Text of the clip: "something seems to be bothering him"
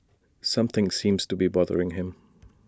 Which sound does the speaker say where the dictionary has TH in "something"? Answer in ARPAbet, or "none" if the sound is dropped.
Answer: TH